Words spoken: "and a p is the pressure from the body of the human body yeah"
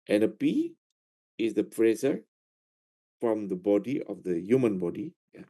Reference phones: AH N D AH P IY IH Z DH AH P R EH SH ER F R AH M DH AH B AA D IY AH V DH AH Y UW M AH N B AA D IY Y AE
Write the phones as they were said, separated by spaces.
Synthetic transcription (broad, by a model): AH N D AH P IY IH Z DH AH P R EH S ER F R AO M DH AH B AA D IY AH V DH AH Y UW M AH N B AA D IY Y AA